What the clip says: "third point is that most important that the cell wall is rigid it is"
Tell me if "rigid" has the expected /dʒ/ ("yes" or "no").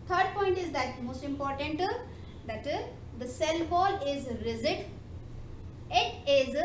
no